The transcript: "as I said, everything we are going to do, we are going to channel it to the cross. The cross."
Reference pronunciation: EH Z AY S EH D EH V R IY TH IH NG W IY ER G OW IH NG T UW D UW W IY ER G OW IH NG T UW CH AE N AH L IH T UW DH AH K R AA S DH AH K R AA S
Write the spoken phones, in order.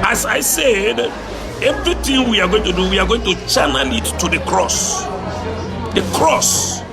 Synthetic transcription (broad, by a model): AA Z AY S EH D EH V R IY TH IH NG W IY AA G OW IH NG T UW D UW W IY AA G OW IH NG T UW CH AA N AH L IH T UW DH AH K R AA S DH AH K R AA S